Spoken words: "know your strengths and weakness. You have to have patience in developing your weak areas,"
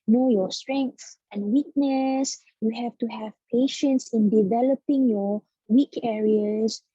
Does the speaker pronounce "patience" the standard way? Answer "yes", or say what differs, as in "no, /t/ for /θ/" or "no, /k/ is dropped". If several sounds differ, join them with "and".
yes